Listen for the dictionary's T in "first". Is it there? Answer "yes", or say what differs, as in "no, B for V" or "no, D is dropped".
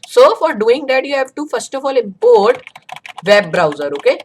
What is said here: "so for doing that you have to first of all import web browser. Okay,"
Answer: yes